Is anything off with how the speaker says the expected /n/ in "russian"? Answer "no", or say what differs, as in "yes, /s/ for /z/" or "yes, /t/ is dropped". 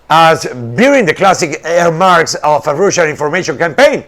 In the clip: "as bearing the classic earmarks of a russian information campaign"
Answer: yes, /l/ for /n/